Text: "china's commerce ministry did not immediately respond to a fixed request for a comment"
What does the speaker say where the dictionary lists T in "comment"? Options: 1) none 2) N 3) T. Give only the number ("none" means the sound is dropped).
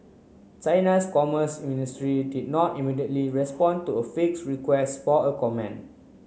1